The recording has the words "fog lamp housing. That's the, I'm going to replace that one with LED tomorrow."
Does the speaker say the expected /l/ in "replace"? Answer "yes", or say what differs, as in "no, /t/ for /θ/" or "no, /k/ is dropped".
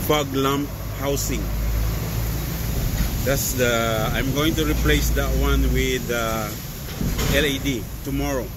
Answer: yes